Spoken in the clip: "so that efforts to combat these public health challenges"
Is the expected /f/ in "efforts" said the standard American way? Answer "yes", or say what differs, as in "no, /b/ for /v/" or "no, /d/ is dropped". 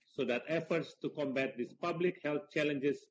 yes